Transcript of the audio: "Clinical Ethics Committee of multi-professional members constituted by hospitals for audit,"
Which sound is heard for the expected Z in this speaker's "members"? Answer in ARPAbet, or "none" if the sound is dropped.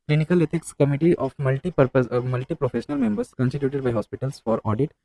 S